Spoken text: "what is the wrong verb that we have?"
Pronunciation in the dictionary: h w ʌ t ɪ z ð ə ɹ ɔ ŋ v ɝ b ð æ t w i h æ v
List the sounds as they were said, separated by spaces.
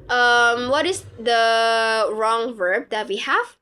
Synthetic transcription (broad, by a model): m w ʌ t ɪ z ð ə ɹ ɔ ŋ v ɝ b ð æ t w i h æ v